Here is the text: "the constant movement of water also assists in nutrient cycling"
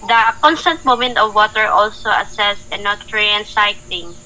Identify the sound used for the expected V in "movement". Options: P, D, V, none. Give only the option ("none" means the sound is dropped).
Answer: none